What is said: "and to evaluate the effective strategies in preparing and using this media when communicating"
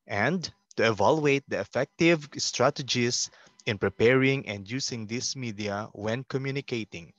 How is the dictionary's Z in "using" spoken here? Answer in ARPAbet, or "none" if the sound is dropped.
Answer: S